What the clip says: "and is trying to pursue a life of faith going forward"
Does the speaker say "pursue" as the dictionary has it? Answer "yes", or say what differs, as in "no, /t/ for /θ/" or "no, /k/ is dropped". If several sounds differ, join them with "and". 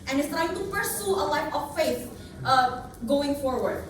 no, /f/ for /p/